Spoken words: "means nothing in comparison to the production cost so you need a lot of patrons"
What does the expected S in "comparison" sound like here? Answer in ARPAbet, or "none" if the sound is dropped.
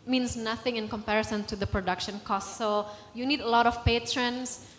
S